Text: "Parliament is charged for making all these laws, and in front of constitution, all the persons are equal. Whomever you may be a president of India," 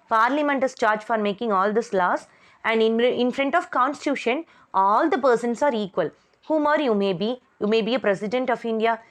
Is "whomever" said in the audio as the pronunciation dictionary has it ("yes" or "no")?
no